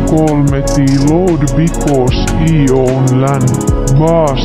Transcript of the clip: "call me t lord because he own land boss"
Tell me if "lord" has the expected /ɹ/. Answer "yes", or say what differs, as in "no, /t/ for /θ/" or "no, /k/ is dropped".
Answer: no, /w/ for /ɹ/